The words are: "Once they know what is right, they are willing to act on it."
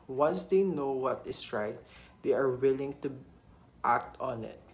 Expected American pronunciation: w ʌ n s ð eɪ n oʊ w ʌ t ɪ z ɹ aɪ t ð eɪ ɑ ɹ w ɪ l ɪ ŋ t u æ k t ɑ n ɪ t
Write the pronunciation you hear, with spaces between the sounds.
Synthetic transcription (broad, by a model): w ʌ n s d eɪ n oʊ w ʌ t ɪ s ɹ aɪ t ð eɪ ɑ ɹ w ɪ l ɪ ŋ t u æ k t ɑ n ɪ t